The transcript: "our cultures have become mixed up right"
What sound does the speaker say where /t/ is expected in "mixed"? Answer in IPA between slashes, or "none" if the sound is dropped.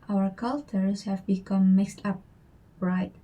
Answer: /t/